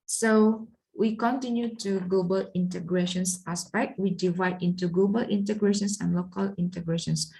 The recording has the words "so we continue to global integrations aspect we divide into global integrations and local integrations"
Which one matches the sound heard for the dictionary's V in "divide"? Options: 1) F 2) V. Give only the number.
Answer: 2